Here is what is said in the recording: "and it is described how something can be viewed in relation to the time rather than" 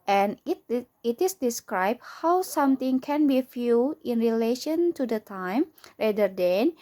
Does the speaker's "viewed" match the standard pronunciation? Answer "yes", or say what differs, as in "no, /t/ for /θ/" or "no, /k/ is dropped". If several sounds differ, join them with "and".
no, /f/ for /v/ and /d/ is dropped